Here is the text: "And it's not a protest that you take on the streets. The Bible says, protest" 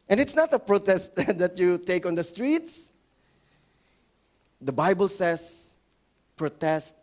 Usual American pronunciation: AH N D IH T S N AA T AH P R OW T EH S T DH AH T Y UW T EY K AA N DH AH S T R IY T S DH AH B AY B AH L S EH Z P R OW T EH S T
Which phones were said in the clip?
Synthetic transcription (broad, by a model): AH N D IH T S N AA T AH P R OW T EH S T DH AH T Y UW T EY K AA N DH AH S T R IY T S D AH B AY B AH L S EH S P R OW T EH S T